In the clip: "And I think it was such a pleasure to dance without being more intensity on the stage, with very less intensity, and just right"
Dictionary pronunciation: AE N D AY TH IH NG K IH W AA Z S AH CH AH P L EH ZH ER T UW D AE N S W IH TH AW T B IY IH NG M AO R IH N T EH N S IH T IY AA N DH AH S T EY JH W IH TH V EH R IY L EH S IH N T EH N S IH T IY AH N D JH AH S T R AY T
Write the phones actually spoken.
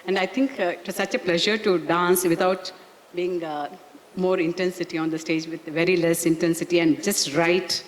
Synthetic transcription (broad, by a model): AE N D AY T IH NG K IH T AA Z S AH CH AH P L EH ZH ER T UW D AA N S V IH T AW T B IY IH NG M AO R IH N T EH N S IH T IY AA N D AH S T EY JH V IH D V EH R IY L EH S IH N T EH N S IH T IY AH N D JH AH S T R AY T